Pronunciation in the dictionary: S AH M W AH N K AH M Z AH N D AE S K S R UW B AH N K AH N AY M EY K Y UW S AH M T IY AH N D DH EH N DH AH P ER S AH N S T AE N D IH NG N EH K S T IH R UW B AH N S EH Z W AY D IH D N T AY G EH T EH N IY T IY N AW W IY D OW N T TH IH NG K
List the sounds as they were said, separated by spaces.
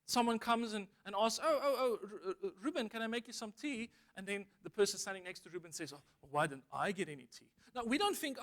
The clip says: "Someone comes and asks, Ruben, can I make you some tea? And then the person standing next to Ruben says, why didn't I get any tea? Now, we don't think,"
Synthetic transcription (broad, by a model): S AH M W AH N K AH M Z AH N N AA S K S R UW B AH N K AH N AY M EY K Y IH S AH M T IY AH N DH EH N DH AH P ER S AH N S T AE N D IH NG N EH K S T IH R UW B AH N S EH Z W AY D IH D N T AY G EH T EH N IY T IY N AW W IY D OW N T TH IH NG K